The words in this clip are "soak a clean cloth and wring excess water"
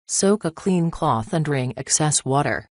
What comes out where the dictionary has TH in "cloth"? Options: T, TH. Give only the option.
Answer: TH